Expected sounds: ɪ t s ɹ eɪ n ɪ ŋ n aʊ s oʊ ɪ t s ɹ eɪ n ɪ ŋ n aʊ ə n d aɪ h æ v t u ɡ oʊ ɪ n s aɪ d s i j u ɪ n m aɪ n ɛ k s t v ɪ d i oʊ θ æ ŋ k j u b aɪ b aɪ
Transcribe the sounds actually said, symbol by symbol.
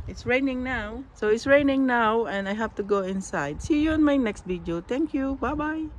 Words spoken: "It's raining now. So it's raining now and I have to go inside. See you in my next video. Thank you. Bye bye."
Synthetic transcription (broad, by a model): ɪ t s ɹ eɪ n ɪ ŋ n aʊ s oʊ ɪ t s ɹ eɪ n ɪ ŋ n aʊ ə n d aɪ h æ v t u ɡ oʊ ɪ n s aɪ d s i j u ɪ n m aɪ n ɛ k s t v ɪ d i oʊ t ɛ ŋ k j u b aɪ b aɪ